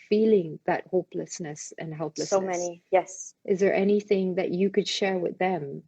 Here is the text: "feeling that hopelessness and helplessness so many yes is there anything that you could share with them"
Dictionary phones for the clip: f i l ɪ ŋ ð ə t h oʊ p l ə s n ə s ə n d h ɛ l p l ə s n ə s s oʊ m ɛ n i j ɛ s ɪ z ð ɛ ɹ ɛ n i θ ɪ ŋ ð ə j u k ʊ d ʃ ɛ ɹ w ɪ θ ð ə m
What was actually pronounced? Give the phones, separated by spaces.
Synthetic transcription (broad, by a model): f i l ɪ ŋ ð ə t h oʊ p l ə s n ə s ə n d h ɛ l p l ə s ə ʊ m ɛ n i j ɛ s ɪ z ð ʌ ɹ ɛ n i θ ɪ ŋ ð ə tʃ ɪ k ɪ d ʃ ɛ ɹ w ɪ ð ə m